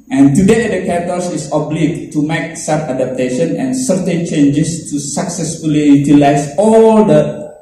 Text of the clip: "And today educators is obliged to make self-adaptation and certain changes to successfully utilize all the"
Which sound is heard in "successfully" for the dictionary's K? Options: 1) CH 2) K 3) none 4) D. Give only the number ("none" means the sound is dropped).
2